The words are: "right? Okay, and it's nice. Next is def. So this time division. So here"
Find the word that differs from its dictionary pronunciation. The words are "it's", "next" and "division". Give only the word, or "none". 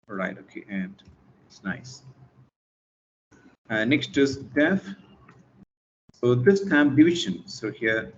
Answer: division